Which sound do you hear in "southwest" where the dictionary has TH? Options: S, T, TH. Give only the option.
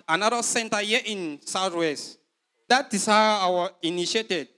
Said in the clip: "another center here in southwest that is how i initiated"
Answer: T